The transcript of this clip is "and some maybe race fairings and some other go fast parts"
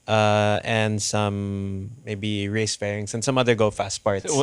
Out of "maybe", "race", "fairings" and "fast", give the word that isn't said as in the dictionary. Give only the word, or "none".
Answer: fairings